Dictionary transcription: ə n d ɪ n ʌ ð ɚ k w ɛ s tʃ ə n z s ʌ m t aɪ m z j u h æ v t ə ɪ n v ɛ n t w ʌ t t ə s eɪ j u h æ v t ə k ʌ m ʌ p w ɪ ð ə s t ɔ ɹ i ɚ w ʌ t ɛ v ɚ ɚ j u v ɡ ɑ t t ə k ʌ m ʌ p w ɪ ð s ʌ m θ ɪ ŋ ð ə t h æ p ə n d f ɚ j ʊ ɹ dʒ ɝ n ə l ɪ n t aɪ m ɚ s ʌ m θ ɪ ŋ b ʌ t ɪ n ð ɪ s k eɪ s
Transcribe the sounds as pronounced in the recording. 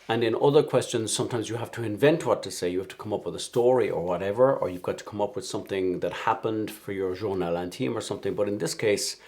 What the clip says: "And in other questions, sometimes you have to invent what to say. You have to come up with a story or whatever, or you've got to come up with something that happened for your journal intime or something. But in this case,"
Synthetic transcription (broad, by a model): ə n ɪ n ʌ ð ɚ k w ɛ s tʃ ə n z s ʌ m t aɪ m z j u h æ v t ə ɪ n v ɛ n t w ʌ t t ə s eɪ j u h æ f t ə k ʌ m ʌ p w ɪ ð ə s t ɔ ɹ i ɚ w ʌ t ɛ v ɚ ɚ j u v ɡ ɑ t t ə k ʌ m ʌ p w ɪ ð s ʌ m θ ɪ ŋ ð ə t h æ p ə n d f ɚ j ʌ ɹ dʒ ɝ n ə l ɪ n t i m ɚ s ʌ m θ ɪ ŋ b ʌ t ɪ n ð ɪ s k eɪ s